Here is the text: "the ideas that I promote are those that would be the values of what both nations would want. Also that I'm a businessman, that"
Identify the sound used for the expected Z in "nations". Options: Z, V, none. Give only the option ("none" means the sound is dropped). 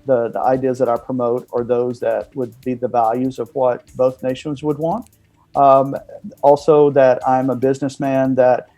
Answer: Z